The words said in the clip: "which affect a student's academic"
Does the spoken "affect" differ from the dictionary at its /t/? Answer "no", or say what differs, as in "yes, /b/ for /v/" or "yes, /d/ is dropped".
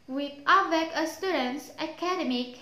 yes, /t/ is dropped